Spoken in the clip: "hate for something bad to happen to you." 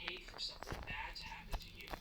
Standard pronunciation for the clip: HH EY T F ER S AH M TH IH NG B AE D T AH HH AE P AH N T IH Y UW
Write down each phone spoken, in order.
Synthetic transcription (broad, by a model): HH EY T F ER S AH M TH IH NG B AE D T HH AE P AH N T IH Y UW